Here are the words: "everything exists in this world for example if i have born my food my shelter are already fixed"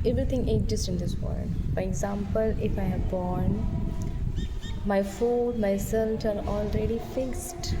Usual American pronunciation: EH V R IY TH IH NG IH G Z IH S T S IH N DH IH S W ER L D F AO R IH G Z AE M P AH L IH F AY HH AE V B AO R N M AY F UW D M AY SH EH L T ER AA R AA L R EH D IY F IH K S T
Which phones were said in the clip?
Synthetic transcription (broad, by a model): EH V R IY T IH NG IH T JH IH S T IH N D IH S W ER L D F AO R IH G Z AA M P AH L IH F AY HH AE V B AO R N M AY F UW D M AY S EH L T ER AA R AA L R EH D IY F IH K S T